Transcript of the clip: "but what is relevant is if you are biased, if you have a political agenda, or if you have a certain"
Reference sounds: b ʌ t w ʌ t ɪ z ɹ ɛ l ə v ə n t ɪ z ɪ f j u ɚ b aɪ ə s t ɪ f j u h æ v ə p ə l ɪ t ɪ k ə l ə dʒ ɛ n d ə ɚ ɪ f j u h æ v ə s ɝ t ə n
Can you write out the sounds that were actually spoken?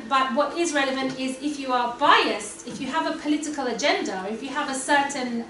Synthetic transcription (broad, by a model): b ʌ t w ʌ t ɪ z ɹ ɛ l ə v ə n t ɪ z ɪ f j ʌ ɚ b aɪ ə s t ɪ f j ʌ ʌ v ə p ə l ɪ t ɪ k ə l ə dʒ ɛ n d ə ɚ ɪ f j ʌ v ə s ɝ t n